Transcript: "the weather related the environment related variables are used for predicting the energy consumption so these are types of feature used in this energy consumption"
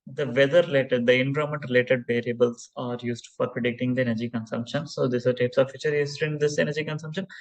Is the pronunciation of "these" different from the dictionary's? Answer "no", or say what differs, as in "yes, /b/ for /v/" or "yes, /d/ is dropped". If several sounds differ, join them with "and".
yes, /s/ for /z/